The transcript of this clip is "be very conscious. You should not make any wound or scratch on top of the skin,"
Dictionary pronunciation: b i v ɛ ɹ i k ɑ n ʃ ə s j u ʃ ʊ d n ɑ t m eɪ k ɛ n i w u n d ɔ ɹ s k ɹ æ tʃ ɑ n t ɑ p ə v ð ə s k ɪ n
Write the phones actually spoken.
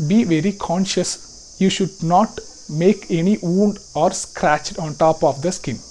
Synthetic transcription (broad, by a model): b i v ɛ ɹ i k ɑ n ʃ ə s j u ʃ ʊ d n ɑ t m eɪ k ɛ n i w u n d ɔ ɹ s k ɹ æ tʃ ɑ n t ɑ p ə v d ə s k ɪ n